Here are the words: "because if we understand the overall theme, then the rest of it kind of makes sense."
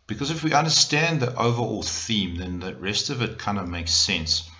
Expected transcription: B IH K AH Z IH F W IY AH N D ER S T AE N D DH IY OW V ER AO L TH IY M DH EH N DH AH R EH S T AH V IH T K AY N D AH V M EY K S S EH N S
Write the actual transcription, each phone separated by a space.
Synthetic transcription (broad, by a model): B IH K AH Z IH F W IY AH N D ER S T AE N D DH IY OW V ER AO L TH IY M DH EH N DH AH R EH S T AH V IH T K AY N D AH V M EY K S S EH N S